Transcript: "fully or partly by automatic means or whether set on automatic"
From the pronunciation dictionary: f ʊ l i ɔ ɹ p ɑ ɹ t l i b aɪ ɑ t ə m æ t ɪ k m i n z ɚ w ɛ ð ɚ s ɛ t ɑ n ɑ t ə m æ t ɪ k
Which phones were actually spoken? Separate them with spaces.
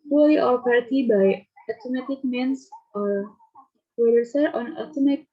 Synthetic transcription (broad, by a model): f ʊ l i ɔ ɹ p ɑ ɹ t i b aɪ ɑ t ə m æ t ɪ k m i n s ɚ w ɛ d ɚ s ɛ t ɑ n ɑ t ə m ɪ